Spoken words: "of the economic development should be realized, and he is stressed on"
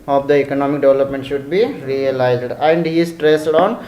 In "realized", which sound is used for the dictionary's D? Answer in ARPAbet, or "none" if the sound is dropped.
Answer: D